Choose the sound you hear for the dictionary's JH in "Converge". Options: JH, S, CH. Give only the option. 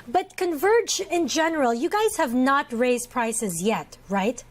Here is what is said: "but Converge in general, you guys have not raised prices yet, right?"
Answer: JH